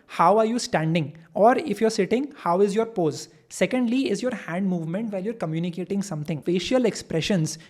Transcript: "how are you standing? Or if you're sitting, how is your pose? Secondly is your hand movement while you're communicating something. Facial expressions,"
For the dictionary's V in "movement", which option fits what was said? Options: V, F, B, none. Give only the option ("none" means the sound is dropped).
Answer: V